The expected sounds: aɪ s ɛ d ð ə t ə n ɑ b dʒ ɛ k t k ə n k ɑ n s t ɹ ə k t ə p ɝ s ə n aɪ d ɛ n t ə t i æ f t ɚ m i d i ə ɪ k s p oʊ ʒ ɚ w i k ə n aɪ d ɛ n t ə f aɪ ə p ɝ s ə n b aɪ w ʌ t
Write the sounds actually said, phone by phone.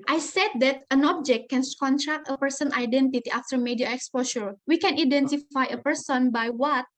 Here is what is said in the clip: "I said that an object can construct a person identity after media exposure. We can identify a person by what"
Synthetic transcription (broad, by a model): aɪ s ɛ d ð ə t ə n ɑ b dʒ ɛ k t k ə n k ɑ n t ɹ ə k t ə p ɝ s ə n aɪ d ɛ n t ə t i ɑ f t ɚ m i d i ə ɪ k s p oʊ s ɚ w i k ə n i d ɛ n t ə f aɪ ə p ɝ s ə n b aɪ w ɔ t